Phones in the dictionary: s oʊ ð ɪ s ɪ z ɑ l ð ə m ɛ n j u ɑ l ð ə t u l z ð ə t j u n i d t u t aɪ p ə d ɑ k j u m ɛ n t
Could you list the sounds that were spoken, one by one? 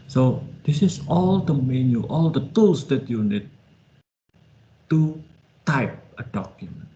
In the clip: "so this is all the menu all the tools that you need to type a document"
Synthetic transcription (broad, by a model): s oʊ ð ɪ s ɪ s ɑ l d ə m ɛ n j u ɑ l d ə t u l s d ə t j u n i d t u t aɪ p ə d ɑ k j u m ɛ n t